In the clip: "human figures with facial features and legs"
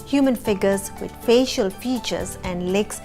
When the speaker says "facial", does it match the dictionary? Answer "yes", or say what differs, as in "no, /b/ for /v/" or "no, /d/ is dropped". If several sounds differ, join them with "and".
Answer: yes